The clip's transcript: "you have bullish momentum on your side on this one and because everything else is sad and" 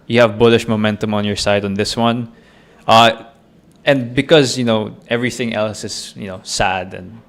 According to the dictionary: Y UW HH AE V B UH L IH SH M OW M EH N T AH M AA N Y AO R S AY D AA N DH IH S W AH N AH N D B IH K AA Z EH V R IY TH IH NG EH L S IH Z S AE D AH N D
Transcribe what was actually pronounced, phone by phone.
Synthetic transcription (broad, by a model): Y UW HH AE V B UH L IH SH M OW M EH N T AH M AA N Y AO R S AY D AA N DH IH S W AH N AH N D B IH K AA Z EH V R IY TH IH NG EH L S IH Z S AE D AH N D